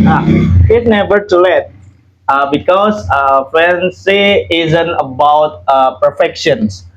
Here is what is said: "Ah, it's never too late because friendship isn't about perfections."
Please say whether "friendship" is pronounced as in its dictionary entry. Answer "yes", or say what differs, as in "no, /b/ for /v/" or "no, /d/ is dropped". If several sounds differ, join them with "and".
no, /ɹ/ is dropped and /s/ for /ʃ/ and /p/ is dropped